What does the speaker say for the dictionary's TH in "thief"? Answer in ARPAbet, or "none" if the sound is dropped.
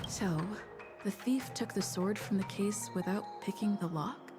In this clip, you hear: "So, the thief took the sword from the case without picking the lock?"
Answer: TH